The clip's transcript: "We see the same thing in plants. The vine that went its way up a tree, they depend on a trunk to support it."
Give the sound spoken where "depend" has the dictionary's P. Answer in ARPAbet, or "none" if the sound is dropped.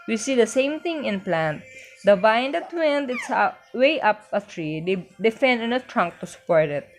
F